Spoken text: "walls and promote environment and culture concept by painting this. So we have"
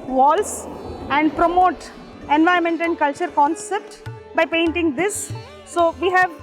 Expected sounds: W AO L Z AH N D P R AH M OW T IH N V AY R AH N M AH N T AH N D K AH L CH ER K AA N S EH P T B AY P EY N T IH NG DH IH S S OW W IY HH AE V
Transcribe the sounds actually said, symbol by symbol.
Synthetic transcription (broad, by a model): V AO L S AH N D P R AH M OW T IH N V AY AH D M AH N T AH N D K AH L CH ER K AA N S EH P T B AY P EY N T IH NG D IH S S OW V IY HH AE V